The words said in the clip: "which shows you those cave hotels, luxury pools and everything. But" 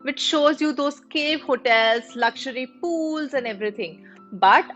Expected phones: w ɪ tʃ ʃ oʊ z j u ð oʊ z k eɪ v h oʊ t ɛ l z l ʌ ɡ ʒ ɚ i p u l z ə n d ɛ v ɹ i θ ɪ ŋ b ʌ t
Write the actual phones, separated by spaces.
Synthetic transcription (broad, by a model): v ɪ tʃ ʃ oʊ z j u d oʊ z k eɪ v h oʊ t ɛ l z l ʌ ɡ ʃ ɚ i p u l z ə n d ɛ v ɹ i t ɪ ŋ b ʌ t